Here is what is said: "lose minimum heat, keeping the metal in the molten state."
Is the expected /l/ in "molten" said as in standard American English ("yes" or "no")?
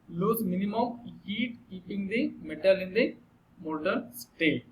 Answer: no